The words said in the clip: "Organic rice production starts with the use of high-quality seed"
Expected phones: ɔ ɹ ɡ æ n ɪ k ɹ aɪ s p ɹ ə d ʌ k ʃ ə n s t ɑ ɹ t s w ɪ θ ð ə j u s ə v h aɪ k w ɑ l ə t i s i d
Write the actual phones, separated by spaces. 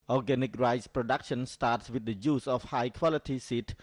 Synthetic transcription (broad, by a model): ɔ ɡ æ n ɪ k ɹ aɪ s p ɹ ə d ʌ k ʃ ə n s t ɑ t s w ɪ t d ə j u s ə f h aɪ k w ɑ l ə t i s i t